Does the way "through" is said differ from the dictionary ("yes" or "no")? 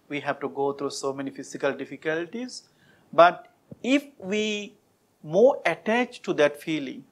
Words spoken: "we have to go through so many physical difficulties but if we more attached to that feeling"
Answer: yes